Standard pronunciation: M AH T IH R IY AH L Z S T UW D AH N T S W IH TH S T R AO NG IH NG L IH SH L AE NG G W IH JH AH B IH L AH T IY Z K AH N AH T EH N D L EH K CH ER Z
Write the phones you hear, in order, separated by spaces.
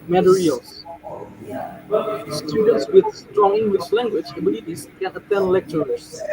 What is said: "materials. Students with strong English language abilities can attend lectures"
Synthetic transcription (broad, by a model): M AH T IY R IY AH L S S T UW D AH N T S W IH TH S T R AO NG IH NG W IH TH L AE NG G W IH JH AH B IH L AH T IY S K AH N AH T EH N D L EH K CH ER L